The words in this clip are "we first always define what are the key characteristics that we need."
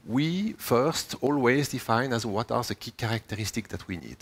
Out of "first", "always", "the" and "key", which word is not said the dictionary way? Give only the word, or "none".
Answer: none